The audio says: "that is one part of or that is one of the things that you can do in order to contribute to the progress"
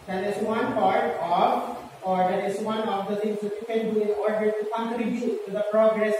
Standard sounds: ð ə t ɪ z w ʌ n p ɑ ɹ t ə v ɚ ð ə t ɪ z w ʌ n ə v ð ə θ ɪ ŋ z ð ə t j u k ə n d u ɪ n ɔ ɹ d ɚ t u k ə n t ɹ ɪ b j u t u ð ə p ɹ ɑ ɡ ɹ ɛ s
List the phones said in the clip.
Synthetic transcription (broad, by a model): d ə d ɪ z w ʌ n p ɑ ɹ t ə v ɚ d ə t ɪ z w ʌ n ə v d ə t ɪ ŋ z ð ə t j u k ə n d u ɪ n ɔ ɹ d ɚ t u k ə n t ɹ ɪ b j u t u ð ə p ɹ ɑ ɡ ɹ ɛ s